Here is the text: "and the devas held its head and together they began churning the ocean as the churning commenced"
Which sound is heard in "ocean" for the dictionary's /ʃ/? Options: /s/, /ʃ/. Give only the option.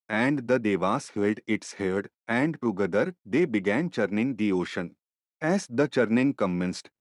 /ʃ/